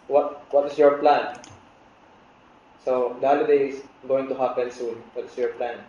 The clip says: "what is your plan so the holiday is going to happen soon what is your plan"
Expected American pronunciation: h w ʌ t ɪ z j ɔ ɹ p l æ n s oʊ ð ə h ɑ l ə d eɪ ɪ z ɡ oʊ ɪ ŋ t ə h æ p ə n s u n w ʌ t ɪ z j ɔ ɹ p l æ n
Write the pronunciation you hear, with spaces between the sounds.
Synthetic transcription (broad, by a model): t w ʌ t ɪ s j ɔ ɹ p l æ n s oʊ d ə h ɑ l ə d eɪ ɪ s ɡ oʊ ɪ ŋ t ə h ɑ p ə n s u n w ʌ t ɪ s j ɔ ɹ p l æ n